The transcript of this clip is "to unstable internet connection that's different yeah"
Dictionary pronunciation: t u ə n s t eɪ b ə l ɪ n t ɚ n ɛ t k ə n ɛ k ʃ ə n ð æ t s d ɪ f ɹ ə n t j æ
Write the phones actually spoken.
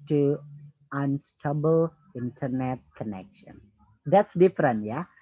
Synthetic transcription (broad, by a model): t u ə n s t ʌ b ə l ɪ n t ɚ n ɛ t k ə n ɛ k ʃ ə n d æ t s d ɪ f ɹ ə n t j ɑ